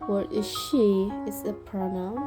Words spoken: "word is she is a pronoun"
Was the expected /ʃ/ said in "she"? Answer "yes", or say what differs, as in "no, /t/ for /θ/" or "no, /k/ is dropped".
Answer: yes